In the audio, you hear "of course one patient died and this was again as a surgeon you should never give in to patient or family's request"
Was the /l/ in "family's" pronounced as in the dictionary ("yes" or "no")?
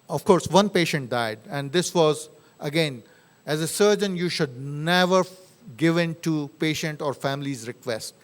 yes